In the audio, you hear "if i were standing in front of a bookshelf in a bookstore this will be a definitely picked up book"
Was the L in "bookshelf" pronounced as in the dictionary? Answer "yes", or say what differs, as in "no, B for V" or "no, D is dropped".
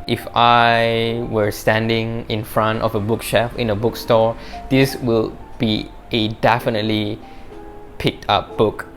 no, L is dropped